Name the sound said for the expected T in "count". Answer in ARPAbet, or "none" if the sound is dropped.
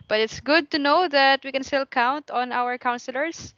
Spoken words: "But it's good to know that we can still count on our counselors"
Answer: T